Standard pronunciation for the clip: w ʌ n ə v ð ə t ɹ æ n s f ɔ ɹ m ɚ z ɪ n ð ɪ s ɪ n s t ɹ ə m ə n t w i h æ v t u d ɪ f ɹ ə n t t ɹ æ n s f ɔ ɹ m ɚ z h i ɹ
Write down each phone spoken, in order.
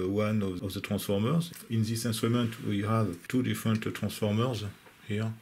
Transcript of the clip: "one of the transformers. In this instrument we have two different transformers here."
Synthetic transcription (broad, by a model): w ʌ n ə v ð ə t ɹ æ n s f ɔ ɹ m ɚ z ɪ n ð ɪ s ɪ n s t ɹ ə m ə n t w i h æ v t u d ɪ f ɹ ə n t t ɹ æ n s f ɔ ɹ m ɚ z h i ɹ